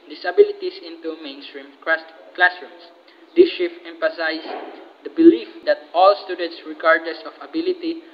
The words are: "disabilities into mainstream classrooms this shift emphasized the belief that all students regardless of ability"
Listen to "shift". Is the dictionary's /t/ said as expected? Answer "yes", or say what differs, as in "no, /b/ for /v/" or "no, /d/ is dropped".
no, /t/ is dropped